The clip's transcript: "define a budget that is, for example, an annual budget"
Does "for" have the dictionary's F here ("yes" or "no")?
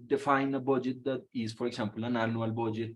yes